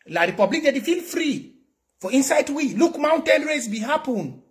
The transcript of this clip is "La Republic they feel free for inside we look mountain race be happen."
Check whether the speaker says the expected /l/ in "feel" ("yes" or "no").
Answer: yes